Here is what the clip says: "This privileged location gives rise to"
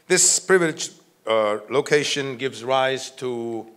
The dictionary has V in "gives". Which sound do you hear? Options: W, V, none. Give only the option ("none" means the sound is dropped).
V